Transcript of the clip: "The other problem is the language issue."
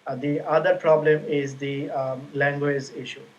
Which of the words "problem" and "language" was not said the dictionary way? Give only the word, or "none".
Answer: none